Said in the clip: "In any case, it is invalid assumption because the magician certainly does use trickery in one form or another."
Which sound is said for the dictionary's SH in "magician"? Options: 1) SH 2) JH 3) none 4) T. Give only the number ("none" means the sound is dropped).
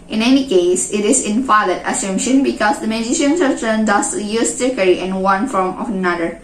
1